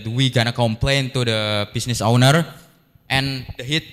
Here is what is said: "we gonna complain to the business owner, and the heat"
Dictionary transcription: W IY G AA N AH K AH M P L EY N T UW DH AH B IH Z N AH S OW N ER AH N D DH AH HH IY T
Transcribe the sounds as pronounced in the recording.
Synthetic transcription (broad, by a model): W IY G AA N AH K AH M P L EY N T UW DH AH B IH S N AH S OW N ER AH N D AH HH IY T